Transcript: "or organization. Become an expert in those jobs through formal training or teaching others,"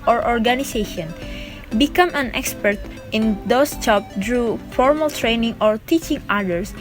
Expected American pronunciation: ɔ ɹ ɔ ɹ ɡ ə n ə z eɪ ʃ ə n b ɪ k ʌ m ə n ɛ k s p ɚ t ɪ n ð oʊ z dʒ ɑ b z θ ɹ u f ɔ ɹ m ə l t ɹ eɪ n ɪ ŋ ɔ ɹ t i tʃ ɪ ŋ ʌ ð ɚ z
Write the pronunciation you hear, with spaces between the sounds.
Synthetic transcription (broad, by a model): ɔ ɹ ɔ ɹ ɡ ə n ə s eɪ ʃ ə n b ɪ k ʌ m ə n ɛ k s p ɚ t ɪ n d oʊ s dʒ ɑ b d ɹ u f ɔ ɹ m ə l t ɹ eɪ n ɪ ŋ ɔ ɹ t i tʃ ɪ ŋ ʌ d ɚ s